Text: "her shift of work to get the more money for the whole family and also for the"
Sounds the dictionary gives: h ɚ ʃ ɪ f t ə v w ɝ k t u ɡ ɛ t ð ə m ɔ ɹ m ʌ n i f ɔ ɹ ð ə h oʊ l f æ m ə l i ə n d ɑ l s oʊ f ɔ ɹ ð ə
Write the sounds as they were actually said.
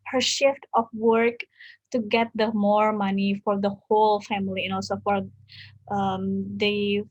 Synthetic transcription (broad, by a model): h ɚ ʃ ɪ f t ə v w ɝ k t u ɡ ɛ t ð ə m ɔ ɹ m ʌ n i f ɔ ɹ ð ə h oʊ l f æ m ə l i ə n ɑ l s oʊ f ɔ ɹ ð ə